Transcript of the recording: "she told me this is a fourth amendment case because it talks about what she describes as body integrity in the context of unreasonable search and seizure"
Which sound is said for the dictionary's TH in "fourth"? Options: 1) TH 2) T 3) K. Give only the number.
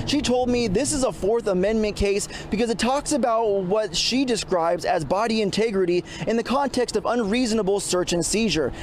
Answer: 1